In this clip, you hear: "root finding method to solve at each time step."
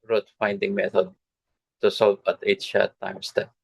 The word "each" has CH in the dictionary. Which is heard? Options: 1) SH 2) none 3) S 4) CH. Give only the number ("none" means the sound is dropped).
1